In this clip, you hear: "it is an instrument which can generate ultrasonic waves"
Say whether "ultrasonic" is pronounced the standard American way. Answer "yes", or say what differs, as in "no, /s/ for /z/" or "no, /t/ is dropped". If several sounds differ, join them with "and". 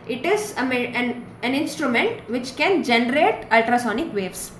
yes